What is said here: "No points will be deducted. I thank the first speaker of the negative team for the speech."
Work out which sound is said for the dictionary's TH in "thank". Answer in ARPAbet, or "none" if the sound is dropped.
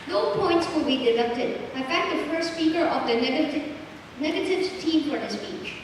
F